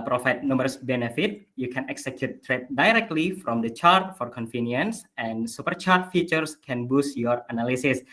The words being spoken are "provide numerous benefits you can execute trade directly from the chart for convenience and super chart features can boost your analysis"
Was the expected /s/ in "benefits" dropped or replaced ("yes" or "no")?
yes